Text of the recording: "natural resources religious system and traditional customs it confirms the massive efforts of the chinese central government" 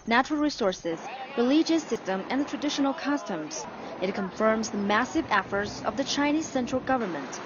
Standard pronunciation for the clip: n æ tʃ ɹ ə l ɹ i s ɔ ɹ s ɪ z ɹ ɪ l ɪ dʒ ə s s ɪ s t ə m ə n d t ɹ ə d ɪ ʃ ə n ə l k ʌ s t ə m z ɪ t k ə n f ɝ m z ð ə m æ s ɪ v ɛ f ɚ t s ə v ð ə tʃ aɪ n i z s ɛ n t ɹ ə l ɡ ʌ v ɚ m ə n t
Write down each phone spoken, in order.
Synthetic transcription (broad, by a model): n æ tʃ ɹ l ɹ i s ɔ ɹ s ɪ z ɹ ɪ l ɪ dʒ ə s s ɪ s t ə m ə n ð t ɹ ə d ɪ ʃ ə n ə l k ʌ s t ə m z ɪ t k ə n f ɝ m z ð ə m æ s ɪ v ɛ f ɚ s ə v ð ə tʃ aɪ n i z s ɛ n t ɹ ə l ɡ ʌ v ɚ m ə n t